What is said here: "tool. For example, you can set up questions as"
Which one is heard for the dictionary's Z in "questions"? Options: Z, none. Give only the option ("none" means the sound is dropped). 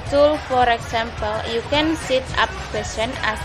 none